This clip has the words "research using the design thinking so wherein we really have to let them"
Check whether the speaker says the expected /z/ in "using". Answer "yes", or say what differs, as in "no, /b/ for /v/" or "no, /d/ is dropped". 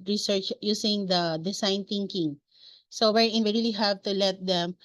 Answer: no, /s/ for /z/